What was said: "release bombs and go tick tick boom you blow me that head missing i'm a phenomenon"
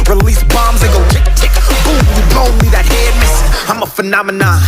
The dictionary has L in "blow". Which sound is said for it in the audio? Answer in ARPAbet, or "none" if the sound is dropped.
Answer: none